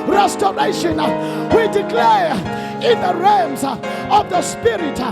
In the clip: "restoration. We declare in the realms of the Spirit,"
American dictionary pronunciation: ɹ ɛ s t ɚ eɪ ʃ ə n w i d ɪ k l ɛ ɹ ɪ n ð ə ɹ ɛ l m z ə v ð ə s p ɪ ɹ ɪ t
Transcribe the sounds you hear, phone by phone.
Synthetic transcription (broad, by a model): ɹ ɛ s t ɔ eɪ ʃ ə n w i d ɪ k l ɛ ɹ ɪ n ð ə ɹ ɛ m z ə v ð ə s p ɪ ɹ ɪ t